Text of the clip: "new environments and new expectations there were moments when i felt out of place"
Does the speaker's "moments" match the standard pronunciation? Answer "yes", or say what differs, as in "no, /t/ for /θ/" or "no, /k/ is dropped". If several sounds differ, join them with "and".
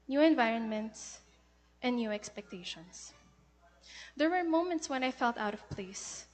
yes